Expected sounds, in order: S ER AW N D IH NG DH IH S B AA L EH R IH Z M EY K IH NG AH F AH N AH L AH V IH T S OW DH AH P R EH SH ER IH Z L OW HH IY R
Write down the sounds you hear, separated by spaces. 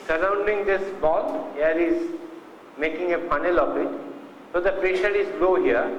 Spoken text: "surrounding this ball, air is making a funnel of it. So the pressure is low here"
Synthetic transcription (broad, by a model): S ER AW N D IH NG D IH S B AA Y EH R IH Z M EY K IH NG AH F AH N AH L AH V IH T S OW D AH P EH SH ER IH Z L OW HH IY R